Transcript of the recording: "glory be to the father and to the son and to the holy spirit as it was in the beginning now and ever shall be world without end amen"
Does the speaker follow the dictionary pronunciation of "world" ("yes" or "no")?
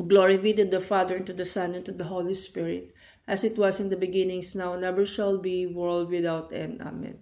yes